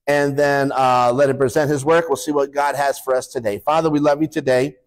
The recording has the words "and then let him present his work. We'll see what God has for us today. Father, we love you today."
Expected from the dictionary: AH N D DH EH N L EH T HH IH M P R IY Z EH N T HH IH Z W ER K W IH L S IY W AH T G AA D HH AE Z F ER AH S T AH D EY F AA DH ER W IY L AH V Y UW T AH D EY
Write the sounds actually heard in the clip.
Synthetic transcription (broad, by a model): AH N DH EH N L EH T HH IH M P R IY Z EH N T HH IH Z W ER K W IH L S IY W AH T G AA D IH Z F ER AH S T AH D EY F AA DH ER W IY L AH V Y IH T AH D EY